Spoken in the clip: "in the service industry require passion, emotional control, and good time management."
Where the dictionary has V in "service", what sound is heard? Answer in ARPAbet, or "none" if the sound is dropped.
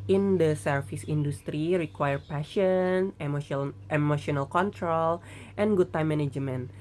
F